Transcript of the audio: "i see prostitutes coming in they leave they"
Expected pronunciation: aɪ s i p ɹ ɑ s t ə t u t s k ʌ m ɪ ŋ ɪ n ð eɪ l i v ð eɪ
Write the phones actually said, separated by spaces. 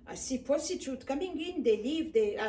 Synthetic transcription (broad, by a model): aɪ s i p ɑ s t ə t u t k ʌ m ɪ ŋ ɪ n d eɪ l i v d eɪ